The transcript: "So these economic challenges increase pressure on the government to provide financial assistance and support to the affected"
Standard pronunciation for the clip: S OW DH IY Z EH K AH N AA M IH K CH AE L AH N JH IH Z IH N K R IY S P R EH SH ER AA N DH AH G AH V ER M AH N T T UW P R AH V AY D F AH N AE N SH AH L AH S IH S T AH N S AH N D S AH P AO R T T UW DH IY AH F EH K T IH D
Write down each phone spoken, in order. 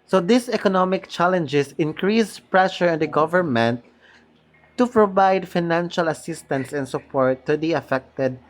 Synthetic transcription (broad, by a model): S OW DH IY S EH K AH N AA M IH K CH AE L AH N JH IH S IH N K R IY S P R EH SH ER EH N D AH G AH V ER M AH N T T UW P R AH V AY D F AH N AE N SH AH L AH S IH S T AH N S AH N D S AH P AO R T T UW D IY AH F EH K T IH D